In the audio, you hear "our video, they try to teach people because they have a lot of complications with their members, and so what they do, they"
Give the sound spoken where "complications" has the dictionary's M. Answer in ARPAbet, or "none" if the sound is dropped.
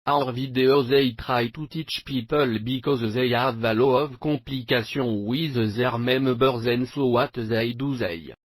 none